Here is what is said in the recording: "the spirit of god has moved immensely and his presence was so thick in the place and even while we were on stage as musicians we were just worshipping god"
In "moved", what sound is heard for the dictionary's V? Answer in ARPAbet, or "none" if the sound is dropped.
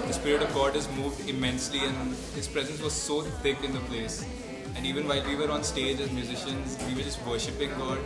V